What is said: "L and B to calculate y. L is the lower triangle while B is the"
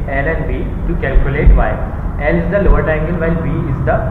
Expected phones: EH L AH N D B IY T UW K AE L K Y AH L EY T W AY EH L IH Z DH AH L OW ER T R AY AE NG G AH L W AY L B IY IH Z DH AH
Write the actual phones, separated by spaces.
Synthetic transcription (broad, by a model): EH L AH N D B IY T UW K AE L K Y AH L EY T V AY EH L IH Z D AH L OW ER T AY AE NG G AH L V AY L B IY IH Z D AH